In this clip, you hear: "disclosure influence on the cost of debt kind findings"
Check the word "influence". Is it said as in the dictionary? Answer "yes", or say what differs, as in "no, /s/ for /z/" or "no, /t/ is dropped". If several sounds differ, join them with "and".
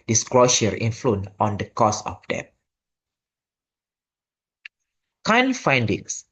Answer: no, /s/ is dropped